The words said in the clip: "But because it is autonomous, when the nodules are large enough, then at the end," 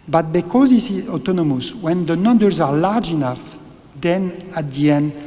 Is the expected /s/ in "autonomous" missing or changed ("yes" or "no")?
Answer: no